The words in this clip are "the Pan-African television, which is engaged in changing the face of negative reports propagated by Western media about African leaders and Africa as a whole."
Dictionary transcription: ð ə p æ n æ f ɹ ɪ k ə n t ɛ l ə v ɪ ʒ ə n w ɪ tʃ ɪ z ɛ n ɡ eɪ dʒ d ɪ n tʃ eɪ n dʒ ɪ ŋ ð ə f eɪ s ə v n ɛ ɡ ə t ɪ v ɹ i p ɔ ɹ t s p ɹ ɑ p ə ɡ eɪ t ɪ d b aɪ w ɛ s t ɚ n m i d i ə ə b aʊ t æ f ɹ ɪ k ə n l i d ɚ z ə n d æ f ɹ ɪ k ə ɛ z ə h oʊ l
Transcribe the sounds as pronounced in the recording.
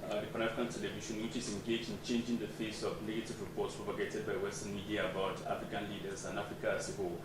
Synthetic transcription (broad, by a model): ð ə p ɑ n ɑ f ɹ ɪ k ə n t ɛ l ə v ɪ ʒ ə n w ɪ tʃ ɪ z ɛ n ɡ eɪ dʒ d ɪ n tʃ eɪ n dʒ ɪ ŋ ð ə f eɪ s ə v n ɛ ɡ ə t ɪ v ɹ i p ɔ t s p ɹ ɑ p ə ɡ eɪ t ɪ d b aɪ w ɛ s t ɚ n m i d i ə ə b aʊ t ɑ f ɹ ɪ k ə n l i d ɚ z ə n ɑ f ɹ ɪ k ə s ə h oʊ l